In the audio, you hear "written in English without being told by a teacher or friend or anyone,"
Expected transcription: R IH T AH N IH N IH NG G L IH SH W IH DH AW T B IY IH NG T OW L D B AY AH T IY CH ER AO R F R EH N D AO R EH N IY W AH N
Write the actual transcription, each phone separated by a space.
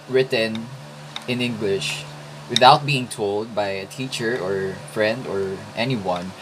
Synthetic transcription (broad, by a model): R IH T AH N IH N IH NG G L IH SH W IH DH AW T B IY IH NG T OW L D B AY AH T IY CH ER AO R F R EH N D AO R EH N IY W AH N